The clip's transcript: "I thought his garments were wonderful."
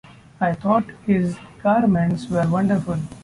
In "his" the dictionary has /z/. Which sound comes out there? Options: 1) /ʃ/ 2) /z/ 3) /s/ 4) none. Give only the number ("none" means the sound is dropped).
2